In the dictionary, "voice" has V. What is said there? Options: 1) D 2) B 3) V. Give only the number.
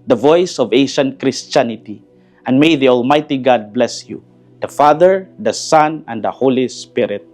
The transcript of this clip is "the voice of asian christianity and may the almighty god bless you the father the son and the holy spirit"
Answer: 3